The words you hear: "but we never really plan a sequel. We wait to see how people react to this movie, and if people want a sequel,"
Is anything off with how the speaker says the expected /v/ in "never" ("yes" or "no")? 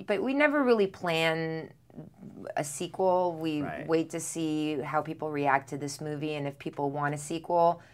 no